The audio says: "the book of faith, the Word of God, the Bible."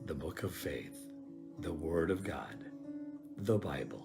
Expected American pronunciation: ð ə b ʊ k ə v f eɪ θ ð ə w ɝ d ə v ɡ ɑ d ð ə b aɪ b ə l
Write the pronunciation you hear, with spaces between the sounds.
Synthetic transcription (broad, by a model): ð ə b ʊ k ə v f eɪ θ ð ə w ɝ d ə v ɡ ɑ d ð ə b aɪ b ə l